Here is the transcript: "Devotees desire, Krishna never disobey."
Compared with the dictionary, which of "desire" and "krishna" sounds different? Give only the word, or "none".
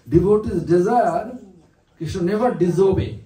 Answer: krishna